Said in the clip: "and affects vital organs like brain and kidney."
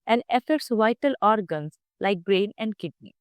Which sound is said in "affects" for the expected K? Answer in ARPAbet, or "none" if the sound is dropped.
none